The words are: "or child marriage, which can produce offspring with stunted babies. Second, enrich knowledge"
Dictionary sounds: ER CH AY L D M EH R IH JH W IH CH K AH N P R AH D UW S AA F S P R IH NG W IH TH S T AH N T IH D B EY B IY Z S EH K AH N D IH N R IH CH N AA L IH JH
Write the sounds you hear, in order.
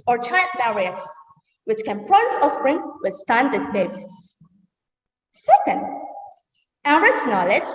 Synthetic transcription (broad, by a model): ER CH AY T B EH R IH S W IH CH K AH N P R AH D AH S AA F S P R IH NG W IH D S T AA N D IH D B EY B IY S S EH K AH N D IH R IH S N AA L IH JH